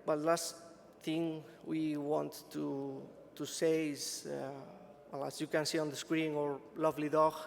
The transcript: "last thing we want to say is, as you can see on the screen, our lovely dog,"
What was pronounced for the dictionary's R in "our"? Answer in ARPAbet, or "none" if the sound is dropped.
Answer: R